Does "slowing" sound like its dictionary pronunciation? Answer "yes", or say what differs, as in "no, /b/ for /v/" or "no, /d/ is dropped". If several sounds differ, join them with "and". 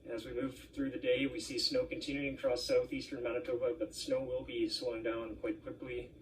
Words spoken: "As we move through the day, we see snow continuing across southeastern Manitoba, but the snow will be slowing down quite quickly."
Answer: no, /w/ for /l/